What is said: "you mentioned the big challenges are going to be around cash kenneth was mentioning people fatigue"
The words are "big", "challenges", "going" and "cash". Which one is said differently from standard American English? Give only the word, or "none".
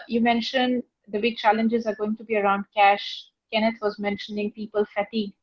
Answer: none